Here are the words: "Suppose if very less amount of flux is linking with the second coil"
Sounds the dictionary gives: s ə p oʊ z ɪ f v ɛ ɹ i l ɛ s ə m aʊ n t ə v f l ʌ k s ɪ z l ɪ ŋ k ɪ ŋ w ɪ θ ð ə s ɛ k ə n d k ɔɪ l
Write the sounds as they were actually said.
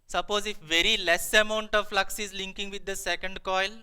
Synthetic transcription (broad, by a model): s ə p oʊ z ɪ f v ɛ ɹ i l ɛ s ə m aʊ n t ə v f l ʌ k s ɪ z l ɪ ŋ k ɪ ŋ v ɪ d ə s ɛ k ə n d k ɔɪ l